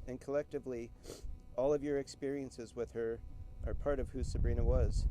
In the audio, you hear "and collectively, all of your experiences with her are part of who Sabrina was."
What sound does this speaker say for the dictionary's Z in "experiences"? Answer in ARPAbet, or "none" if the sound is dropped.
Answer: Z